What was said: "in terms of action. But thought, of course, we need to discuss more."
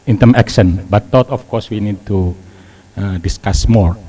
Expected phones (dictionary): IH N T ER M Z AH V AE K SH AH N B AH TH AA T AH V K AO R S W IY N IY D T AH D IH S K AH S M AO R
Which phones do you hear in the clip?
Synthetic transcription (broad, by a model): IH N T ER M AH K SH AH N B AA T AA T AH F K AO R S W IY N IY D T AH D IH S K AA S M AO R